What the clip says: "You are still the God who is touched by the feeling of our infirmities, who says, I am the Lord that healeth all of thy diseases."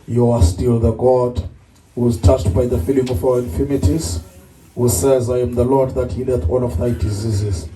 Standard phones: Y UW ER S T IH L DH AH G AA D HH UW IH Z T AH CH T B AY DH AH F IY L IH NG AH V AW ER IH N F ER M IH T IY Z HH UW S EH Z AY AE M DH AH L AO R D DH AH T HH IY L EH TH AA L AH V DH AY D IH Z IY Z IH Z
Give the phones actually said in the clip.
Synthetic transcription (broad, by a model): Y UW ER S T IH L DH AH G AA D HH UW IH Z T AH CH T B AY DH AH F IY L IH NG AH V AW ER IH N F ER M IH T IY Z HH UW S EH Z AY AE M DH AH L AO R D DH AH T HH IY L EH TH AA N AH V DH AY D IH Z IY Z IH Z